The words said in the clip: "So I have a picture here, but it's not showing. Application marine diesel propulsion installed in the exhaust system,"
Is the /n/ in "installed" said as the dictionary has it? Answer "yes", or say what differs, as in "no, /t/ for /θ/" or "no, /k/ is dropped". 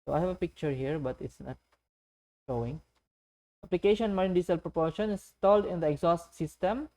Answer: no, /n/ is dropped